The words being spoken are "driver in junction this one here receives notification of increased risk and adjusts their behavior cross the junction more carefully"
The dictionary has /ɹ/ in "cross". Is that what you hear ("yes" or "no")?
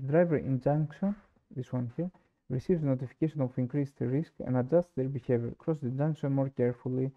yes